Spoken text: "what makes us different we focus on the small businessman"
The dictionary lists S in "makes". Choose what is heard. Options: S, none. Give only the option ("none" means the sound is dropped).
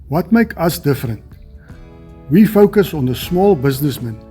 none